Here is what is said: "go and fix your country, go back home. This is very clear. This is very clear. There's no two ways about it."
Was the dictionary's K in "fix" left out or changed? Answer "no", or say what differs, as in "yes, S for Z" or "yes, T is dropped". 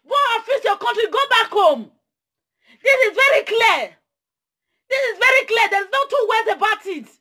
yes, K is dropped